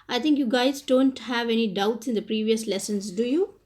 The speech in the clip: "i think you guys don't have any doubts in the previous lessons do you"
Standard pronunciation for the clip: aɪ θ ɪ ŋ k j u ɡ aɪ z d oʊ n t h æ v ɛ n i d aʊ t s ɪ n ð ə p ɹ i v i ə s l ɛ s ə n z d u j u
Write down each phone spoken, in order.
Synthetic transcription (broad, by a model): aɪ t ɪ ŋ k j u ɡ aɪ z d oʊ n t h æ v ɛ n i d aʊ t s ɪ n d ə p ɹ i v i ə s l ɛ s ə n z d u j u